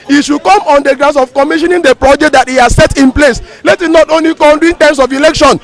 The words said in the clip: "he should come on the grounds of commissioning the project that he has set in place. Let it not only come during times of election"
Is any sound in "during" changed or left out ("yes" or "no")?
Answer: yes